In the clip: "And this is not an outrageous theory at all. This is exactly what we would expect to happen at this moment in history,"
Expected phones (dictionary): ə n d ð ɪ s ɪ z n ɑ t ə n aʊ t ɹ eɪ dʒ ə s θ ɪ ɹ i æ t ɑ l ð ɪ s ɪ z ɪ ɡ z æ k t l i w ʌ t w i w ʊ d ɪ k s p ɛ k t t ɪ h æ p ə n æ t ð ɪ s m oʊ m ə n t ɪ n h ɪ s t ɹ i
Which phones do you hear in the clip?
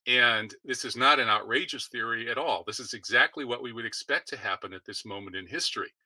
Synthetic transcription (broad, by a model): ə n ð ɪ s ɪ z n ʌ t ə n aʊ t ɹ eɪ dʒ ə s θ ɪ ɹ i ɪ t ɑ l ð ɪ s ɪ z ɪ ɡ z æ k t l i w ʌ t w i w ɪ d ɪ k s p ɛ k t t ɪ h æ p ə n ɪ t ð ɪ s m oʊ m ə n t ɪ n h ɪ s t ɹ i